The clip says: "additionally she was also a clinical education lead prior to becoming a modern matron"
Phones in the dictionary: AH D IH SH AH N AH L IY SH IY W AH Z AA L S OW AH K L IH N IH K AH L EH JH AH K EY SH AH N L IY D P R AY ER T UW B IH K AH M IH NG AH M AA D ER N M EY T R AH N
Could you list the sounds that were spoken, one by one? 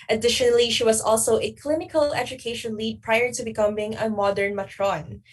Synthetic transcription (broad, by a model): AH D IH SH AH N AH L IY SH IY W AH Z AA L S OW AH K L IH N IH K AH L EH JH AH K EY SH AH N L IY D P R AY ER T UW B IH K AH M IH NG AH M AA D ER N M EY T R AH N